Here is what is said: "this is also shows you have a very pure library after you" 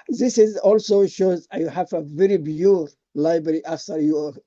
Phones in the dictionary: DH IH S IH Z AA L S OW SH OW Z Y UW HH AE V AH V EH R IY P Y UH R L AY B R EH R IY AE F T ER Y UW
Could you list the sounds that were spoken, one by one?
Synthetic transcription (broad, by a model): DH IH S IH Z AA L S OW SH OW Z Y UW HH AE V AH V EH R IY B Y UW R L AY B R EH R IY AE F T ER Y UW